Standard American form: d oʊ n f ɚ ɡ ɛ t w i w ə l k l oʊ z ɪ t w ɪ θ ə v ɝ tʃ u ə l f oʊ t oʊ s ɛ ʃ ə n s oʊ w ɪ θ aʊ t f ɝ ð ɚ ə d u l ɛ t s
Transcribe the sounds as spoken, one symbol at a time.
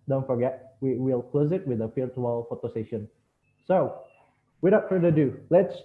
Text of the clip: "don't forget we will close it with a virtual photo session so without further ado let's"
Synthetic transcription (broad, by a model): d oʊ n f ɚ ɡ ɛ t w i w ə l k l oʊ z ɪ t w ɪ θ ə f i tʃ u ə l f oʊ t oʊ s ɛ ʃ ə n s oʊ w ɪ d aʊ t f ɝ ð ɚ ə d u l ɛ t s